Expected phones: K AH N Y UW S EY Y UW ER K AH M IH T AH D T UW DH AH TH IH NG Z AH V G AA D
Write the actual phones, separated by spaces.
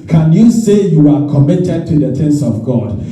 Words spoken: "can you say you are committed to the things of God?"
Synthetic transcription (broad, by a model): K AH N Y UW S EY Y UW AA K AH M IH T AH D T UW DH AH T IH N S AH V G AA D